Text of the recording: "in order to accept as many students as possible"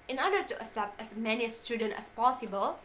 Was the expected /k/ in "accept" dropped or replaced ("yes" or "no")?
yes